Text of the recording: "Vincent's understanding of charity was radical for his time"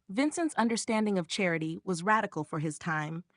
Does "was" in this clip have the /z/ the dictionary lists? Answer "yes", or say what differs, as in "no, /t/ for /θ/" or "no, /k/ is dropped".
yes